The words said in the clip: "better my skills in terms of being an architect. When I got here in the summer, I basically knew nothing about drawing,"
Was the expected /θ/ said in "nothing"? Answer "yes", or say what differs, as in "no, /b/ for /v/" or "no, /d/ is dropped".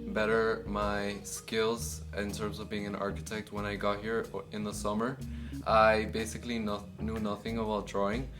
yes